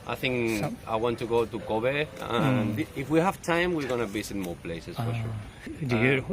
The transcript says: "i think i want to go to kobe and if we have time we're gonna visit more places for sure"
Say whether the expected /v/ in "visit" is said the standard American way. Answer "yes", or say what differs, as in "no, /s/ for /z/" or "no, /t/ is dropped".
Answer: no, /b/ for /v/